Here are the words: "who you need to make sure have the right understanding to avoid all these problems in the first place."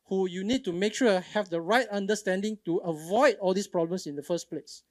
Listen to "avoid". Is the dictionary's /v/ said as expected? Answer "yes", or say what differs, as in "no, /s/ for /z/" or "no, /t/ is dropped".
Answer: yes